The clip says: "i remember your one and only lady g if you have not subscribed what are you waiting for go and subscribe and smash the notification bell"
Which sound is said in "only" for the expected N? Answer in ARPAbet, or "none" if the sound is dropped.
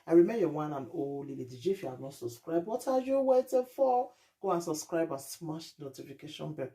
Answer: none